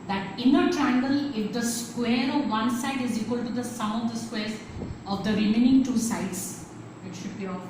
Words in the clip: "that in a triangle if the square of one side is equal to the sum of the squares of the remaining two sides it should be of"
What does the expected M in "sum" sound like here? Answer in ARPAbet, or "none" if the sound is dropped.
none